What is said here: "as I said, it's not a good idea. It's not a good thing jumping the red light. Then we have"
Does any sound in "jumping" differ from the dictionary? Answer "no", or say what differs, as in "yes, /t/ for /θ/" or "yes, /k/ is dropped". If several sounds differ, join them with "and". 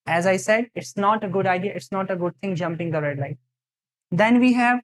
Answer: no